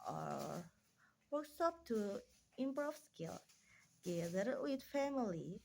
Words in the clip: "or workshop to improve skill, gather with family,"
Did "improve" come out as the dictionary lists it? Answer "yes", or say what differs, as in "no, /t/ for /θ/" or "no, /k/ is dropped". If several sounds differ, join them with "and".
no, /b/ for /p/